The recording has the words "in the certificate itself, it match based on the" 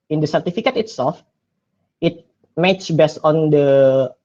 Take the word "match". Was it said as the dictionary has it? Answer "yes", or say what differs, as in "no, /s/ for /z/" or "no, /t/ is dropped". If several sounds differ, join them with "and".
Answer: no, /s/ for /tʃ/